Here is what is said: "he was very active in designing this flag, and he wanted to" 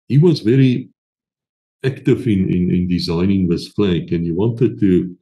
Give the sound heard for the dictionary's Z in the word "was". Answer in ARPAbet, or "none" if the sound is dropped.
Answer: Z